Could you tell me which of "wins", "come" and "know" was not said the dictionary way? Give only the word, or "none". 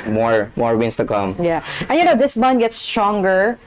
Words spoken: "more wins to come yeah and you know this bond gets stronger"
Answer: wins